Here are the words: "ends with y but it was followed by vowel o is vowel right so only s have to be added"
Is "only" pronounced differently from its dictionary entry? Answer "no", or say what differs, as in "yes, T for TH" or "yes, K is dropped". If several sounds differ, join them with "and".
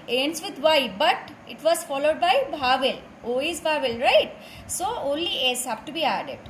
no